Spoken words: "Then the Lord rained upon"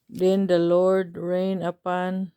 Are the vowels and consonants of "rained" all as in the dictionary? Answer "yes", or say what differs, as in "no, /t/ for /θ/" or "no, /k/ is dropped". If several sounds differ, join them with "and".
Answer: no, /d/ is dropped